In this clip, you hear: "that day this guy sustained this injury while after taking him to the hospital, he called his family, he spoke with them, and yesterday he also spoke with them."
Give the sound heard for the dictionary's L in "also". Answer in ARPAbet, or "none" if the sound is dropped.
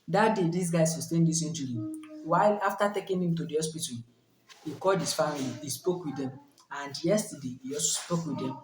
none